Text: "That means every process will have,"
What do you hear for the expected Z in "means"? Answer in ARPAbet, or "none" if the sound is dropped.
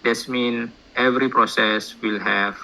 none